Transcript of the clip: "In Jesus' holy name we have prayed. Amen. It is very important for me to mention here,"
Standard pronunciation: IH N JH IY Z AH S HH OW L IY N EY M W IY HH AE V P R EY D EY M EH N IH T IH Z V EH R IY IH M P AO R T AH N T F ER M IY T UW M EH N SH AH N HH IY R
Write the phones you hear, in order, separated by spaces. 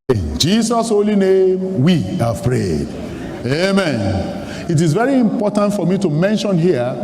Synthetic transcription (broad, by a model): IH N JH IY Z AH S HH OW L IY N EY M W IY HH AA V P R EY D EY M EH N IH T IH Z V EH R IY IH M P AO T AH N T F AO M IY T UW M EH N SH AH N HH IY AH